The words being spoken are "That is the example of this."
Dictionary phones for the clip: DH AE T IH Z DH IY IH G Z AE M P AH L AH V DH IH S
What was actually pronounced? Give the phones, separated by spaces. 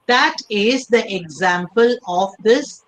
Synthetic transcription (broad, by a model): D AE T IH Z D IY IH G Z AE M P AH L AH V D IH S